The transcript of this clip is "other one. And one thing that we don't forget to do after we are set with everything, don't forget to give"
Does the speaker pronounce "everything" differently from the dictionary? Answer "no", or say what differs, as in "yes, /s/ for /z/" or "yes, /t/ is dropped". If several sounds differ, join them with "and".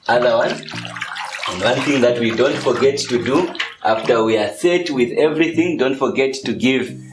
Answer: no